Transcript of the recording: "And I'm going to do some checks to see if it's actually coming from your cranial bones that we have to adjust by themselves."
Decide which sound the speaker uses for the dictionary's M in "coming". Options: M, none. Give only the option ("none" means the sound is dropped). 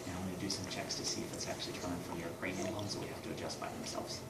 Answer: none